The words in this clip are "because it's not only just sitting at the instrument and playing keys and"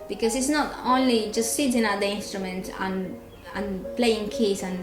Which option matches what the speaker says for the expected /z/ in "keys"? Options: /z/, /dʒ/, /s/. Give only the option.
/s/